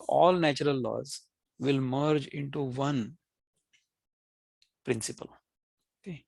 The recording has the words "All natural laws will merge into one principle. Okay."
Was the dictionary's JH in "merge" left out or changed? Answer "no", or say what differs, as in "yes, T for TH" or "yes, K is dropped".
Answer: no